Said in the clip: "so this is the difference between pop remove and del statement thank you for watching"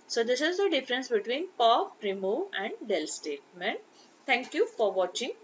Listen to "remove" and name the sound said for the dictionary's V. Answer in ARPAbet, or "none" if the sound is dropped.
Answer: none